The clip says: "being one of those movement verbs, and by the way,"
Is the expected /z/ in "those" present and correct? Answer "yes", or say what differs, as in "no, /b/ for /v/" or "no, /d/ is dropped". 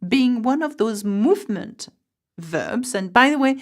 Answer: yes